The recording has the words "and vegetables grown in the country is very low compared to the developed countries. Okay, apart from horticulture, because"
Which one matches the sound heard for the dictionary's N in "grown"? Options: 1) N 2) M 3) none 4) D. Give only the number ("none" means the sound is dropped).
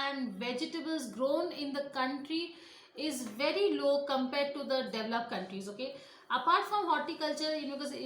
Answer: 1